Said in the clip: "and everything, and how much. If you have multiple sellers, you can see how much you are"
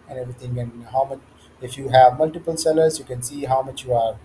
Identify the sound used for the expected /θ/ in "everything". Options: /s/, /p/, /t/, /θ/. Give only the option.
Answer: /t/